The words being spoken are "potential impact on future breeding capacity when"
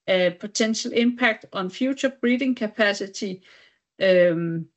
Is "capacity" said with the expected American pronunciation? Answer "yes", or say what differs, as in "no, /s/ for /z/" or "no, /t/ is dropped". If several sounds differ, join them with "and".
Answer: no, /s/ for /t/